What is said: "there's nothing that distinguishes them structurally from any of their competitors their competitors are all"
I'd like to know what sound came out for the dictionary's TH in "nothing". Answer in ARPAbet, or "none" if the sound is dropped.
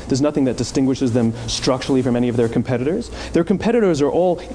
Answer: TH